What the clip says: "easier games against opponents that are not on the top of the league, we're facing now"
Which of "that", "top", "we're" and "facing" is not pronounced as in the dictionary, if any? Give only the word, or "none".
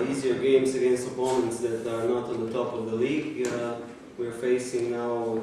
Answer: none